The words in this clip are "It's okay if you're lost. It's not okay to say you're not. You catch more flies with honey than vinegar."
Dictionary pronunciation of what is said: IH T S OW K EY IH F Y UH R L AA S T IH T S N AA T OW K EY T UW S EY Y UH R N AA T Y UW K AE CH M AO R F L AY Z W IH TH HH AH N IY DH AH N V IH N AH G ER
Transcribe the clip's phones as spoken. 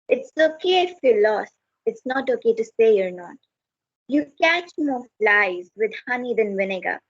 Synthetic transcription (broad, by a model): IH T S OW K EY IH F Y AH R L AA S IH T S N AA T OW K EY T UW S EY Y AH R N AA T Y UW K AE CH M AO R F L AY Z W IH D HH AH N IY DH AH N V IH N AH G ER